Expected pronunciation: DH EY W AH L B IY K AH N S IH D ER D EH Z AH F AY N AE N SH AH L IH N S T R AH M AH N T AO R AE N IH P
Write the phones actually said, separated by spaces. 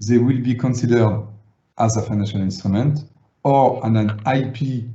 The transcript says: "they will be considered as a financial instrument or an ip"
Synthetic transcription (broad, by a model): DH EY W AH L B IY K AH N S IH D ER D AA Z AH F AY N AE N SH AH L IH N S T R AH M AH N T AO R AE N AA P